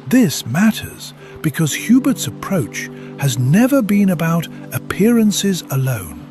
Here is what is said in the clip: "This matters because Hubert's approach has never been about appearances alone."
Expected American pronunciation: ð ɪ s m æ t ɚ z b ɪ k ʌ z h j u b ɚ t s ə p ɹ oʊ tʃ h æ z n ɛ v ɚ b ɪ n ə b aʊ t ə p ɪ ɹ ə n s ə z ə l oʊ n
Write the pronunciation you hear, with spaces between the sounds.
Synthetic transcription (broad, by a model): ð ɪ s m æ t ɚ z b ɪ k ʌ z h j u b ɚ t s ə p ɹ oʊ tʃ h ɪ z n ɛ v ɚ b ɪ n ə b aʊ t ə p ɪ ɹ ə n s ə z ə l oʊ n